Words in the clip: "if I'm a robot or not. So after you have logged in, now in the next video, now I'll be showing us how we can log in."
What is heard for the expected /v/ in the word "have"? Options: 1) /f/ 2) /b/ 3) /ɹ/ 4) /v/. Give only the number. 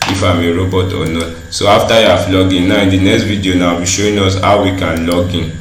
1